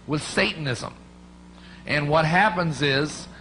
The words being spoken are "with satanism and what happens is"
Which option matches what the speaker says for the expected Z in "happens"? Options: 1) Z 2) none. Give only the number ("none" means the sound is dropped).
1